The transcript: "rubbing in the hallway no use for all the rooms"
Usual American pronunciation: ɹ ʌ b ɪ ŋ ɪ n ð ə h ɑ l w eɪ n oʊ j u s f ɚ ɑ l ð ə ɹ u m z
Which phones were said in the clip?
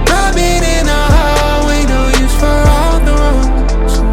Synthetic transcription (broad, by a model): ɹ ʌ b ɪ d ɪ n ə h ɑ w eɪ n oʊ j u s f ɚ ɑ l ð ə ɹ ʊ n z